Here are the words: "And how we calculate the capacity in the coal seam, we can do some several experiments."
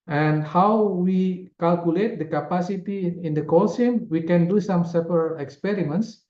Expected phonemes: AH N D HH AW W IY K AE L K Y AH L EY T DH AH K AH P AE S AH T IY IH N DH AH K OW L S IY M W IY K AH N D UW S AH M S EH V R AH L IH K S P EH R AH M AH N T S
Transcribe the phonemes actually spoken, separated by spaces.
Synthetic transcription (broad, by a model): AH N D HH AW W IY K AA L K Y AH L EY T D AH K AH P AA S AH T IY IH N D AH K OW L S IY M W IY K AH N D UW S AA M S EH P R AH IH K S P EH R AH M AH N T S